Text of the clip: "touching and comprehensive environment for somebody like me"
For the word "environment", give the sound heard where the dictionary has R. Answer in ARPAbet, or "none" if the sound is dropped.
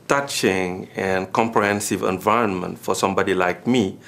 R